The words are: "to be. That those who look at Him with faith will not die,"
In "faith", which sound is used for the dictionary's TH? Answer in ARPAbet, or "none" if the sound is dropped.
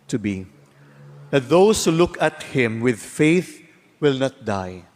TH